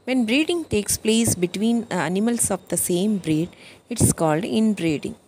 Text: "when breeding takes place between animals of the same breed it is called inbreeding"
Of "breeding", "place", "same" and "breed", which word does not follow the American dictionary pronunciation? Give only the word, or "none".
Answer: none